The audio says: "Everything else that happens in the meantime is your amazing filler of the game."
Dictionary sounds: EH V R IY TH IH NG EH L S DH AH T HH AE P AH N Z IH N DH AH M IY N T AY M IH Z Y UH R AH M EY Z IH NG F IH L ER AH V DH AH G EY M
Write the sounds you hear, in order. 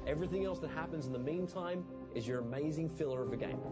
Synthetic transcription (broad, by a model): EH V R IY TH IH NG EH L S DH AH T HH AE P AH N Z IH N DH AH M IY N T AY M IH Z Y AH R AH M EY Z IH NG F IH L ER AH V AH G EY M